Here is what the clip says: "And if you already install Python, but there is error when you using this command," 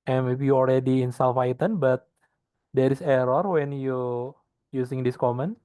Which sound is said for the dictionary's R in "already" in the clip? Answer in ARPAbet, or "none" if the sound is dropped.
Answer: L